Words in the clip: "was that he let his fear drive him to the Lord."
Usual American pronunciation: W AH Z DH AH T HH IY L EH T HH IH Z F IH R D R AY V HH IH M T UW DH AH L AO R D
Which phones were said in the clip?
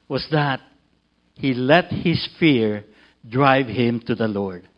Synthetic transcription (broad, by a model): W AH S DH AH T HH IY L EH T HH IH S F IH R D R AY V HH IH M T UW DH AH L AO R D